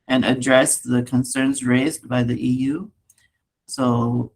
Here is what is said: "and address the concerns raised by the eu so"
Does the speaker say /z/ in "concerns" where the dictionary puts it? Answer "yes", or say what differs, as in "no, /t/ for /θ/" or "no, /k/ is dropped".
yes